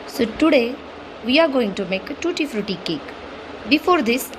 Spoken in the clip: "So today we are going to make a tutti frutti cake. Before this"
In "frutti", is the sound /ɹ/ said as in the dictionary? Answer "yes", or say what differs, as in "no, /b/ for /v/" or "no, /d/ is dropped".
yes